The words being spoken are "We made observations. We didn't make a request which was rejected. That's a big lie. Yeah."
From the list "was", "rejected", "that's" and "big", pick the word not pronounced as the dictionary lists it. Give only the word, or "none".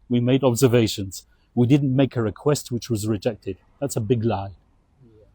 none